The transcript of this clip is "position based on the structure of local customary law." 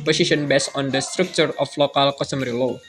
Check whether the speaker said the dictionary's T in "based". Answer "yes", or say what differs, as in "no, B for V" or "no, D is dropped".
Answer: no, T is dropped